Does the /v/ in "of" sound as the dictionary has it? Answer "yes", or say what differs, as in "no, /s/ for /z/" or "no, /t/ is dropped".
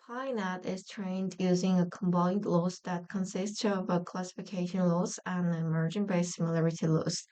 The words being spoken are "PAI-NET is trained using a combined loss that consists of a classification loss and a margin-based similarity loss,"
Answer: yes